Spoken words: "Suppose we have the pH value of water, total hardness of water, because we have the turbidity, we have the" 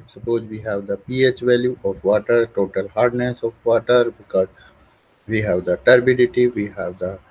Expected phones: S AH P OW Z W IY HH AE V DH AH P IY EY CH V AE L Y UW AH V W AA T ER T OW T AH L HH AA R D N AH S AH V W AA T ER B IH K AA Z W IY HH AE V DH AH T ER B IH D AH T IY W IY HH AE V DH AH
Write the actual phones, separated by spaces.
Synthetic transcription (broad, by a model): S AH P OW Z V IY HH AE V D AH P IY EY CH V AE L Y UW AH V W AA T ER T OW T AH L HH AA R D N AH S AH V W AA T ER B IH K AA Z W IY HH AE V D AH T ER B IH D AH T IY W IY HH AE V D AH